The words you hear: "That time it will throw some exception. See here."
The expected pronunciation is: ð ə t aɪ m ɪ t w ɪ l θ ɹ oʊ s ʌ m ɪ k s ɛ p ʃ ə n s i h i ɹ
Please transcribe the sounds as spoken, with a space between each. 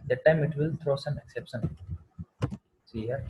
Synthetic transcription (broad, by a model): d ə t aɪ m ɪ t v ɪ l t ɹ oʊ s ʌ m ɪ k s ɛ p ʃ ə n s i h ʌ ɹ